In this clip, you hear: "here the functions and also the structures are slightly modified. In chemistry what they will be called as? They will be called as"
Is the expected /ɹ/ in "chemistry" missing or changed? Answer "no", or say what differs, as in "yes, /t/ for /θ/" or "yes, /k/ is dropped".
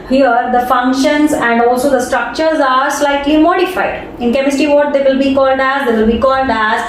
yes, /ɹ/ is dropped